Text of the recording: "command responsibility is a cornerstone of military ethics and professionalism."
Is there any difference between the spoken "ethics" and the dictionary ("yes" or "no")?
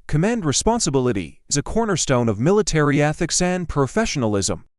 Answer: no